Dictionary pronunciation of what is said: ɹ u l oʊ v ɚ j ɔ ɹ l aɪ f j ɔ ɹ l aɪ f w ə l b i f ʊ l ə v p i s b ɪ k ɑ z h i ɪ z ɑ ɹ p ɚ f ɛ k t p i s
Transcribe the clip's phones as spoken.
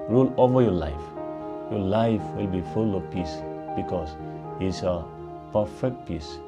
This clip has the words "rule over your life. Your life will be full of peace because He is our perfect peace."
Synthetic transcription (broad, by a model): ɹ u l oʊ v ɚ j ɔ l aɪ f j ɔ l aɪ f w ə l b i f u l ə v p i s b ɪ k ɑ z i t s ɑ p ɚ f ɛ k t p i s